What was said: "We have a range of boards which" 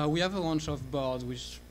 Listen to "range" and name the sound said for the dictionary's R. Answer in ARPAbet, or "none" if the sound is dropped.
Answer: W